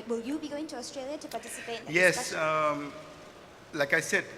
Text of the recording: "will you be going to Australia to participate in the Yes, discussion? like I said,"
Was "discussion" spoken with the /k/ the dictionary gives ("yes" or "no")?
no